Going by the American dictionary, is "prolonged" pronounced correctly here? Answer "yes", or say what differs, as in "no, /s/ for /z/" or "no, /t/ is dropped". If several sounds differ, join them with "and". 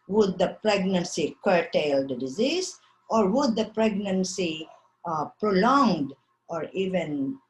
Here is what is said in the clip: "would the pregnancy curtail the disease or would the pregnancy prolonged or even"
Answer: yes